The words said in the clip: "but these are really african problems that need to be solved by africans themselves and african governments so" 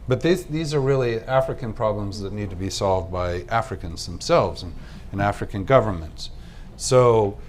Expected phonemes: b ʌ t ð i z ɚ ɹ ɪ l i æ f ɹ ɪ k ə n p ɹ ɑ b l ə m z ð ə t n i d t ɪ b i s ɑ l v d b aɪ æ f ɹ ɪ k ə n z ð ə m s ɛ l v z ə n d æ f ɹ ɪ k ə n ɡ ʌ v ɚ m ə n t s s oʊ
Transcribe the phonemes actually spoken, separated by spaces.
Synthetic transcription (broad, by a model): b ʌ t ð i z ɚ ɹ ɪ l i æ f ɹ ɪ k ə n p ɹ ɑ b l ə m z ð ə t n i d t ɪ b i s ɑ l v d b aɪ æ f ɹ ɪ k ə n z ð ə m s ɛ l v z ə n æ f ɹ ɪ k ə n ɡ ʌ v ɚ m ə n t s s oʊ